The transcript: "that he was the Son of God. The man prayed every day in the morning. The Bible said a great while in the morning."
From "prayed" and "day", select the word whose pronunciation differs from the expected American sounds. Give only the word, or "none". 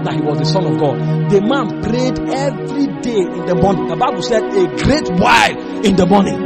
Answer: none